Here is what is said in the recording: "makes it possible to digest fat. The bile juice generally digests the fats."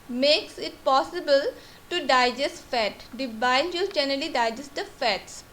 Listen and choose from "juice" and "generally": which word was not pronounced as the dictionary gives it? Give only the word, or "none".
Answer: juice